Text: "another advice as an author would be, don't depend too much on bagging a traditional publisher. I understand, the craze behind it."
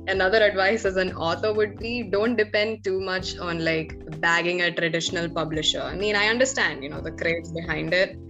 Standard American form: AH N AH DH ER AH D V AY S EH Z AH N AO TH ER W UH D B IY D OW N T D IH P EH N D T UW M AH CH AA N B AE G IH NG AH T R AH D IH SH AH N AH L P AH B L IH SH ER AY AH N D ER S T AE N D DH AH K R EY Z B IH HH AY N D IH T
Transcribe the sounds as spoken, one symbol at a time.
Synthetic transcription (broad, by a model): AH N AH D ER AH D V AY S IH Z AH N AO T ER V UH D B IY D OW N T D IH P EH N D T UW M AH CH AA N B AE G IH NG AH T R AH D IH SH AH N AH L P AH B L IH SH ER AY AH N D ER S T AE N D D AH K R EY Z B IH HH AY N D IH T